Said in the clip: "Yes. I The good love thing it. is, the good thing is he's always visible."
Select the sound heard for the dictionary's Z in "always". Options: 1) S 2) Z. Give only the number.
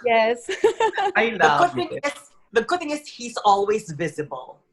2